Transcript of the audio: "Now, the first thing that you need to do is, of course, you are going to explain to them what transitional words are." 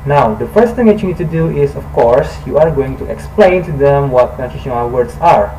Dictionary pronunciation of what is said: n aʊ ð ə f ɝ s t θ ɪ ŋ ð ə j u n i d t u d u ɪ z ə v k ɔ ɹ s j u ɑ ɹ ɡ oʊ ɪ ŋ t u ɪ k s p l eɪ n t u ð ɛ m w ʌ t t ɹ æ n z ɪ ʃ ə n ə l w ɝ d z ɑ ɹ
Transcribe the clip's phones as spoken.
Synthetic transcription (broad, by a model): n aʊ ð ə f ɝ s t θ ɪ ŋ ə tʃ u n i d t u d u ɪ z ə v k ɔ ɹ s j u ɑ ɹ ɡ oʊ ɪ ŋ t u ɪ k s p l eɪ n t u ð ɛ m w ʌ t t æ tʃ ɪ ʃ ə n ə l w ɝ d s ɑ ɹ